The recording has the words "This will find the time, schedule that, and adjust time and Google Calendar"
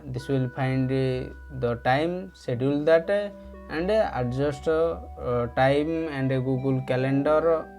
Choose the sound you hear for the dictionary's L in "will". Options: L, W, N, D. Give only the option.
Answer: L